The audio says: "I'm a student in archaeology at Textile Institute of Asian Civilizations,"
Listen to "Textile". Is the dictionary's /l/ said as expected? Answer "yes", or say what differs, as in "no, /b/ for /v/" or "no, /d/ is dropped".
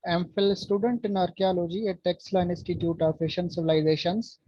no, /n/ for /l/